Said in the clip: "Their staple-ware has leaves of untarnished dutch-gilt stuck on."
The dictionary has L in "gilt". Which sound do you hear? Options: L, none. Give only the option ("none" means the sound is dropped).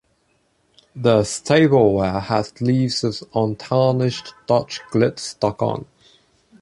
none